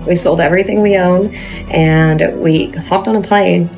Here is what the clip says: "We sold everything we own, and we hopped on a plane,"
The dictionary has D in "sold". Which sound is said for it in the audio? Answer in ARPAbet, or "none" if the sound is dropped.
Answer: D